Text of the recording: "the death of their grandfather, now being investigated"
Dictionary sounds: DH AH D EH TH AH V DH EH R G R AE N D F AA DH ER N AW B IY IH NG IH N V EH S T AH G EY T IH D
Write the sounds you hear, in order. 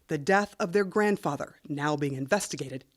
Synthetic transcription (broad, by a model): DH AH D EH TH AH V DH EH R G R AE N D F AA DH ER N AW B IY IH NG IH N V EH S T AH G EY T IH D